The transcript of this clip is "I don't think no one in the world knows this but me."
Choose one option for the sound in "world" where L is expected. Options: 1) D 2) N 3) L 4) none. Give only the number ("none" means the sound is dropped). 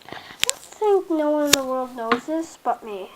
3